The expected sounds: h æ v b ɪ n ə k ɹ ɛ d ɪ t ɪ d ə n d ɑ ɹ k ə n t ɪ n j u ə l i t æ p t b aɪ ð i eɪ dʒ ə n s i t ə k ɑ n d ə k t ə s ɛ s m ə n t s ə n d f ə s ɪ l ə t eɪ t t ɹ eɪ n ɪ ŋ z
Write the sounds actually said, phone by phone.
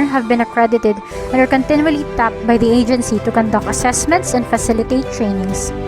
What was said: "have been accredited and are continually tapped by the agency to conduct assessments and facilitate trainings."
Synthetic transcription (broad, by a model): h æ v b ɪ n ə k ɹ ɛ d ɪ t ɪ d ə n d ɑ ɹ k ə n t ɪ n j u ə l i t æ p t b aɪ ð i eɪ dʒ ə n s i t ə k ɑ n d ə k ə s ɛ s m ə n t s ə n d f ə s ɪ l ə t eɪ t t ɹ eɪ n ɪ ŋ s